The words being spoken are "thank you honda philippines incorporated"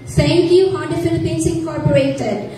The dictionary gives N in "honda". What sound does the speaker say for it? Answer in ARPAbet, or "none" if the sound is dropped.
none